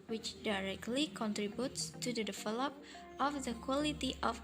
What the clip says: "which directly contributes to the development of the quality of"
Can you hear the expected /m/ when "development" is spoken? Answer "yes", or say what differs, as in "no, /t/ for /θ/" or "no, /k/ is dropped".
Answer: no, /m/ is dropped